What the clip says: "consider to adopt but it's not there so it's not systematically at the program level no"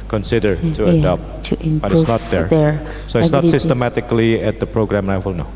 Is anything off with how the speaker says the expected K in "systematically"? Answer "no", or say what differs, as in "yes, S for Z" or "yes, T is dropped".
no